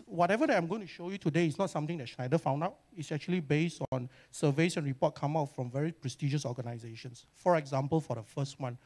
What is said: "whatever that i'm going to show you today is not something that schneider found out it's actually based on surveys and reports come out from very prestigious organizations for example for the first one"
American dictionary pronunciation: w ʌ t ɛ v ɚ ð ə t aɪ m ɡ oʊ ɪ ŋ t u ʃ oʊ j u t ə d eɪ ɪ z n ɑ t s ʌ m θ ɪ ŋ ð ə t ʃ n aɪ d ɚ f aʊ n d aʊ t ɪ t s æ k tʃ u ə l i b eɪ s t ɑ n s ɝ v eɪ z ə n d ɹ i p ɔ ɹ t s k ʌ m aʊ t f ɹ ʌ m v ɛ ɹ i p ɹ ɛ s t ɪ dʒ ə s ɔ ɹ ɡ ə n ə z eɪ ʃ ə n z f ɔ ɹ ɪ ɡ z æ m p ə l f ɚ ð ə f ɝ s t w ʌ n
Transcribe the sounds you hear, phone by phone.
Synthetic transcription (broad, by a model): w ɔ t ɛ v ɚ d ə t aɪ m ɡ oʊ ɪ ŋ t u ʃ oʊ j u t ə d eɪ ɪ s n ɑ t s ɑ m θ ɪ ŋ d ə t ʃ n aɪ d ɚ f aʊ n d aʊ t ɪ t s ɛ k tʃ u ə l i b eɪ s t ɑ n s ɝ v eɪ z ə n ɹ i p ɔ t k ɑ m aʊ t f ɹ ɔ m v ɛ ɹ i p ɹ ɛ s t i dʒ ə s ɔ ɡ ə n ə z eɪ ʃ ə n s f ɔ ɹ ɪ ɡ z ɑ m p ə l f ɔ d ə f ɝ s t w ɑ n